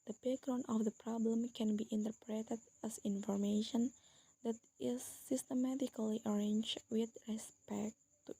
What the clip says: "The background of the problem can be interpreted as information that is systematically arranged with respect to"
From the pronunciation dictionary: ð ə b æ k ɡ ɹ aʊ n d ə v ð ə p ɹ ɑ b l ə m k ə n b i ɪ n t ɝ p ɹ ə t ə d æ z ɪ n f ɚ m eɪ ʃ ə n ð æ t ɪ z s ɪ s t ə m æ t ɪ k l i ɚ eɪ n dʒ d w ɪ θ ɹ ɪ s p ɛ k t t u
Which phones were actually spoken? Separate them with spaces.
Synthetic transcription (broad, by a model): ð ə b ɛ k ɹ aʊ n ə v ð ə p ɹ ɑ b l ə m k ə n b i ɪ n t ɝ p ɹ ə t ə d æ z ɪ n f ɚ m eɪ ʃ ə n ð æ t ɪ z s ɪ s t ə m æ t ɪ k l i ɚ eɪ n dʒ w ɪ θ ɹ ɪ s p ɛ k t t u